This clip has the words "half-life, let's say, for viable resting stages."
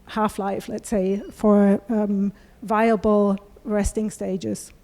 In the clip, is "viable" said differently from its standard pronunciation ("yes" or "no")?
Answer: no